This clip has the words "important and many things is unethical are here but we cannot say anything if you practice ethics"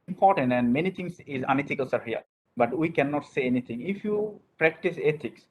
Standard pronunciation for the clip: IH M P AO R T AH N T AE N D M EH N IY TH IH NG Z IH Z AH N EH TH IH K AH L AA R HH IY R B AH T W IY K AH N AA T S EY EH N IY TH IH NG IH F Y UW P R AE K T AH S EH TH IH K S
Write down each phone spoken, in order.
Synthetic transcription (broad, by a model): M P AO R T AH N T AE N D M EH N IY T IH NG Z IH Z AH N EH T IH K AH L AA R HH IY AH B AH T W IY K AH N AA T S EY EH N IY T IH NG IH F Y UW P R AE K T AH S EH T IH K S